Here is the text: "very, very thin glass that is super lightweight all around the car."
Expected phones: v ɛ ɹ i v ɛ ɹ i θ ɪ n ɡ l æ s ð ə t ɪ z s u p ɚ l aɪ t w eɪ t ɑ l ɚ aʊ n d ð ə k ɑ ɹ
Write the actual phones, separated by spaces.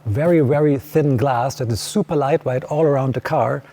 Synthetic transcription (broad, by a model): v ɛ ɹ i v ɛ ɹ i θ ɪ n ɡ l æ s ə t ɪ s u p ɚ l aɪ t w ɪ t ɑ l ɚ aʊ n d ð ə k ɑ ɹ